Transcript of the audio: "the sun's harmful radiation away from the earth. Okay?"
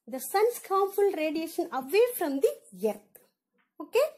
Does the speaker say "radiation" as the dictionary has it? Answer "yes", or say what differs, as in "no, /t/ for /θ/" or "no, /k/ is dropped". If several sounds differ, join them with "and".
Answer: yes